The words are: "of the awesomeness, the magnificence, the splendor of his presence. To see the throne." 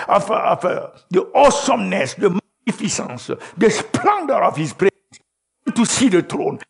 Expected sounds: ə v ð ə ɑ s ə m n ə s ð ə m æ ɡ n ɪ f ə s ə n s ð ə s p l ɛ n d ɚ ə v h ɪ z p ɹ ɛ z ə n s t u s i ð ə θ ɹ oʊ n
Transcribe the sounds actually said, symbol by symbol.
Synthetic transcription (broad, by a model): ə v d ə ɑ s ə m n ə s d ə m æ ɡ n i f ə s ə n s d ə s p l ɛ n d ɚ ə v h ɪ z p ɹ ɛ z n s t u s i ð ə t ɹ oʊ n